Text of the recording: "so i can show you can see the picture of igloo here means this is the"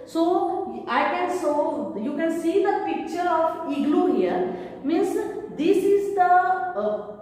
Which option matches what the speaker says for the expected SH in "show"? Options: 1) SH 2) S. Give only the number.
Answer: 2